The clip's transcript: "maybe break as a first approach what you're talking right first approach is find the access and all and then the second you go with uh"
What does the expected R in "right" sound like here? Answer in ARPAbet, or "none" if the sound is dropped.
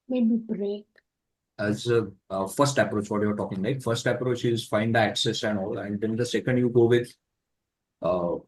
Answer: L